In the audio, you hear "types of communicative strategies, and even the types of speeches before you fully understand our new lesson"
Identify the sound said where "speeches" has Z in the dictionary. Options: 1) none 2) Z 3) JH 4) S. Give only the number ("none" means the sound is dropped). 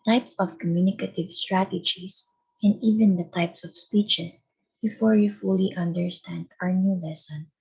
4